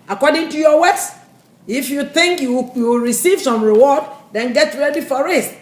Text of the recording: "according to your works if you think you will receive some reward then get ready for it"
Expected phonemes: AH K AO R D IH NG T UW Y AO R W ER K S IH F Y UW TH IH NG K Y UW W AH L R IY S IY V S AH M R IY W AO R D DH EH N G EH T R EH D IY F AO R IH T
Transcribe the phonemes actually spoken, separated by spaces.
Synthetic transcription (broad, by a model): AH K AO D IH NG T UW Y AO W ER S IH F Y UW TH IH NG K Y UW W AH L R IY S IY V S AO M R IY W AO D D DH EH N G EH T R EH D IY F AO R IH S